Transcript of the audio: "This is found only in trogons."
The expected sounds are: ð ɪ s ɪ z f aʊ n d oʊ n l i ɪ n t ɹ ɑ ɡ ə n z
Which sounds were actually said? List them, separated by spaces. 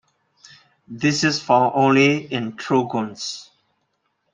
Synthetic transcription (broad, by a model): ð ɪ s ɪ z f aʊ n oʊ n l i ɪ n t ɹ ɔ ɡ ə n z